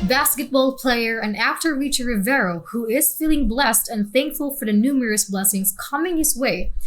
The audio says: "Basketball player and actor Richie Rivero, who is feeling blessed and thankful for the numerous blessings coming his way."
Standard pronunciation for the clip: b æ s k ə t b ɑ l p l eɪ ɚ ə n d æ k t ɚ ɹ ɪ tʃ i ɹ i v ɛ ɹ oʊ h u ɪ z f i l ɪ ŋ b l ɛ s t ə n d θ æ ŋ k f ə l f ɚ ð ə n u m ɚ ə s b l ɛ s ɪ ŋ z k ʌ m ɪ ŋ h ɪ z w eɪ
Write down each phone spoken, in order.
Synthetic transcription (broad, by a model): b æ s k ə t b ɑ l p l eɪ ɚ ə n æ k t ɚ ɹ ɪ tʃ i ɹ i v ɛ ɹ oʊ h u ɪ z f i l ɪ ŋ b l ɛ s t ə n θ æ ŋ k f ə l f ɚ ð ə n u m ɚ ə s b l ɛ s ɪ ŋ z k ʌ m ɪ ŋ h ɪ z w eɪ